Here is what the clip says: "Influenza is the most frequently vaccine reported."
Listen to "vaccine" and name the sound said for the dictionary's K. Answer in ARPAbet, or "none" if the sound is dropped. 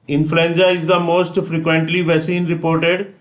none